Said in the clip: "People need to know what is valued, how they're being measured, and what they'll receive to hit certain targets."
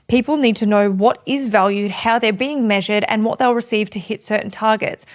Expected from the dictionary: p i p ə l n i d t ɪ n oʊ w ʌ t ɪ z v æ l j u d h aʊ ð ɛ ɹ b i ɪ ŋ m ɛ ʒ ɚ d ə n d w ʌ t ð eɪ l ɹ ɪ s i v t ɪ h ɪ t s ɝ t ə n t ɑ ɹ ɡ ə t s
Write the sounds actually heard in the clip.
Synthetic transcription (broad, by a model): p i p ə l n i d t ɪ n oʊ w ʌ t ɪ z v æ l j u d h aʊ ð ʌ ɹ b i ɪ ŋ m ɛ ʒ ɚ d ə n w ʌ t ð eɪ l ɹ ɪ s i v t ɪ h ɪ t s ɝ t n t ɑ ɹ ɡ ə t s